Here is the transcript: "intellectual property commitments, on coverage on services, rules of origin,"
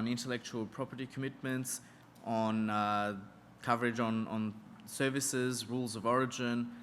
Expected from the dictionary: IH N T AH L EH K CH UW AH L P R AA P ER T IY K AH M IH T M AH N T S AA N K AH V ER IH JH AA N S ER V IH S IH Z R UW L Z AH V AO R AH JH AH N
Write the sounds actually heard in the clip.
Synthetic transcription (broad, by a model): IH N T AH L EH K CH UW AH L P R AA P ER T IY K AH M IH T M AH N T S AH N K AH V ER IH JH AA N S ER V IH S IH Z R UW L Z AH V AO R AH JH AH N